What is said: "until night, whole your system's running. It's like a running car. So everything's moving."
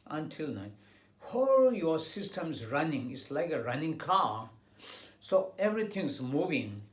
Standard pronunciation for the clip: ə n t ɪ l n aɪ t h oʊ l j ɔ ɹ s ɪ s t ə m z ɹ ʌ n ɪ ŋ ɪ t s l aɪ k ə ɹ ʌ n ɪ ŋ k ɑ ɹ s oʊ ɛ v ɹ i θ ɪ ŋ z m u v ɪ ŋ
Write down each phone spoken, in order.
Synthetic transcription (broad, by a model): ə n t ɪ l n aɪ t h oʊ l j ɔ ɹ s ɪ s t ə m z ɹ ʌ n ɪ ŋ ɪ t s l aɪ k ə ɹ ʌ n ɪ ŋ k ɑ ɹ s oʊ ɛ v ɹ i t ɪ ŋ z m u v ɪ ŋ